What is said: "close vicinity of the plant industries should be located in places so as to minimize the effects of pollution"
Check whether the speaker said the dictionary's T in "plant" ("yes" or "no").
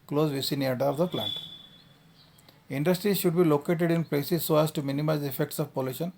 yes